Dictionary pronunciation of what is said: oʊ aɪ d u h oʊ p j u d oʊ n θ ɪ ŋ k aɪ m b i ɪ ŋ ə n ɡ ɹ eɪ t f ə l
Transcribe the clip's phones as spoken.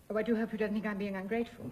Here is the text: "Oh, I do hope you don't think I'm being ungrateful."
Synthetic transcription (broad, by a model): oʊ aɪ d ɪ h oʊ p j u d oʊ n θ ɪ ŋ k aɪ m b i ɪ ŋ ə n ɡ ɹ eɪ t f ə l